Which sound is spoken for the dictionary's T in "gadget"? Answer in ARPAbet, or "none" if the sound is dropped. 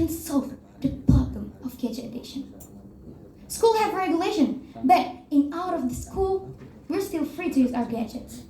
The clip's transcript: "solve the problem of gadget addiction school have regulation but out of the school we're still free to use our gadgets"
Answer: none